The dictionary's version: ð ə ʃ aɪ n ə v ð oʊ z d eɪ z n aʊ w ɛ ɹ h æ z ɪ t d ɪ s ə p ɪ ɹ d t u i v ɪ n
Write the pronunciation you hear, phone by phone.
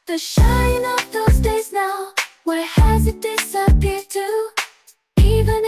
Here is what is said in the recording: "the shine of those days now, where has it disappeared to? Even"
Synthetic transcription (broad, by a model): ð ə ʃ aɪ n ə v ð oʊ z d eɪ z n aʊ w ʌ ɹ h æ z ɪ t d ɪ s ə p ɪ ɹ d t u i v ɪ n